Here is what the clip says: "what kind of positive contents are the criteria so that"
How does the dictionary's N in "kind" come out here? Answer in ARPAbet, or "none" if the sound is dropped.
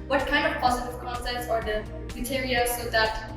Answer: N